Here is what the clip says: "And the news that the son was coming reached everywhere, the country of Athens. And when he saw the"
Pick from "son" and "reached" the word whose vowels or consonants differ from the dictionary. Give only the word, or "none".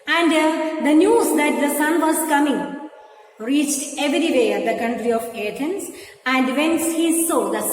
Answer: none